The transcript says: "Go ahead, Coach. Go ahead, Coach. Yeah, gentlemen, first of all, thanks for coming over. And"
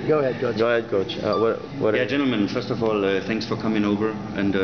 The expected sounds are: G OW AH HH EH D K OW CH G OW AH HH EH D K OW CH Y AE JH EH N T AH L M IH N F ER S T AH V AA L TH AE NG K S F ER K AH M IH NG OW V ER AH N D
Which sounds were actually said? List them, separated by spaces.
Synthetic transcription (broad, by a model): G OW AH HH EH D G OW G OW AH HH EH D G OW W Y AE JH EH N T L M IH N F ER S T AH V AA L TH AE NG K S F ER K AH M IH NG OW V ER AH N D